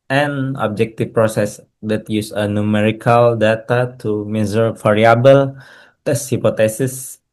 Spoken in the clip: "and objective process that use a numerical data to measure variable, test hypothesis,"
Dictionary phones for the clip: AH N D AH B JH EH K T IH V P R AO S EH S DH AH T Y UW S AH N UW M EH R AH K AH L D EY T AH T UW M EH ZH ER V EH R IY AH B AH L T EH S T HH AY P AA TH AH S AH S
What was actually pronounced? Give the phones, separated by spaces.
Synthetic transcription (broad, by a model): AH N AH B JH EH K T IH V P R AO S EH S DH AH T Y UW S AH N UW M EH R AH K AH L D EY T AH T UW M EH Z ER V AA R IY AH B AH L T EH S HH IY P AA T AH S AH S